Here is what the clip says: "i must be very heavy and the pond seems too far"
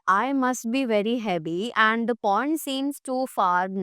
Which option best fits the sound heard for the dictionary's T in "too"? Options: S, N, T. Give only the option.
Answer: T